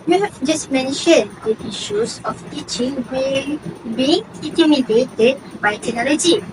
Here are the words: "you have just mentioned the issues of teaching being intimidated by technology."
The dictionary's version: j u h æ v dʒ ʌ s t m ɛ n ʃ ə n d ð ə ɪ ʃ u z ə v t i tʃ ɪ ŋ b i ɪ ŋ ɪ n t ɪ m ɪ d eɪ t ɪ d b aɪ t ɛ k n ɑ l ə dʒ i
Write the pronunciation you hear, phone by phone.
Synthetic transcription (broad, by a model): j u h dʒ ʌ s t m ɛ n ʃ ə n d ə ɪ ʃ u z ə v t i tʃ ɪ ŋ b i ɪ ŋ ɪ t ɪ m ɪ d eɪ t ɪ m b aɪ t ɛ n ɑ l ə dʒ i